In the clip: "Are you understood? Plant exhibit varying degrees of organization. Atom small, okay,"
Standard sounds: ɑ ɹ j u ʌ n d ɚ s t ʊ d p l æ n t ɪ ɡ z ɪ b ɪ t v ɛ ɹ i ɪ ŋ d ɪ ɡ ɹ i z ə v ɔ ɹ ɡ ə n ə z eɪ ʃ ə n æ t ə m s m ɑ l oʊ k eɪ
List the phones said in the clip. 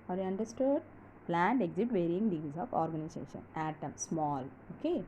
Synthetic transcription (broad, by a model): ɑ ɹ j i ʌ n d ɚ s t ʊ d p l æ n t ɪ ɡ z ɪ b t v ɛ ɹ i ɪ ŋ ɡ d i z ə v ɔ ɹ ɡ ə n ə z eɪ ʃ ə n æ t ə m s m ɑ l oʊ k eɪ